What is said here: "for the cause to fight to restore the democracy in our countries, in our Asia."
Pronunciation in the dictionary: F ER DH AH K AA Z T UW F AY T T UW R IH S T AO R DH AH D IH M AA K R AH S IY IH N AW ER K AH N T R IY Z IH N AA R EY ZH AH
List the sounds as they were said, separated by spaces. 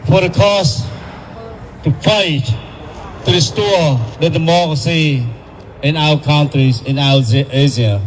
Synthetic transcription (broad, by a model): F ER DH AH K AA S T UW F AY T T UW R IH S T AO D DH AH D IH M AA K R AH S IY IH N AW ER K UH N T R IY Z IH N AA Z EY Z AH